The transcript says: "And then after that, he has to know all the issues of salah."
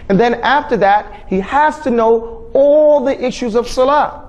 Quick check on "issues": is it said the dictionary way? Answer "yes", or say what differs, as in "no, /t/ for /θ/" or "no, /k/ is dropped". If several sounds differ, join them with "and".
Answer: yes